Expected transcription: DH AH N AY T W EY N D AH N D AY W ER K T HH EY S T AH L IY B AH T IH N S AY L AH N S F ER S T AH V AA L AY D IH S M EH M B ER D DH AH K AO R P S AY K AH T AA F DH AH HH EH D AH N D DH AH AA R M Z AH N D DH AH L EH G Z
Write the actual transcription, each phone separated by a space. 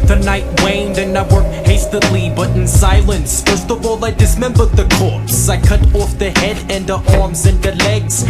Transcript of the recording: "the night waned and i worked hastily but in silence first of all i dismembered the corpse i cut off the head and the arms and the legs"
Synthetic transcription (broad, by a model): DH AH N AY T W EY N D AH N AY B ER HH EY S T AH L IY B AH T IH N S AY L AH N S F ER S T AH V AA L AY D IH S M EH M B ER D DH AH K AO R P S AY K AH T AA F DH AH HH EH D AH N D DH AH AA R M Z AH N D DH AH L EH G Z